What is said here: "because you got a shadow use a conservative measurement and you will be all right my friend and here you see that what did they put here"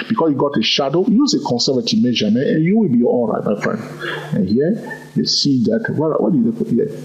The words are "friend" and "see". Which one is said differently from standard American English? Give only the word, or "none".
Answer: none